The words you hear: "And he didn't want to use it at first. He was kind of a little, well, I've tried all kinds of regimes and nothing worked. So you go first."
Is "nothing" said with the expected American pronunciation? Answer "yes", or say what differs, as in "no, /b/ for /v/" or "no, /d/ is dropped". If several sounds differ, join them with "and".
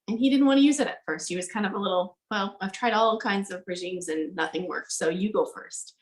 yes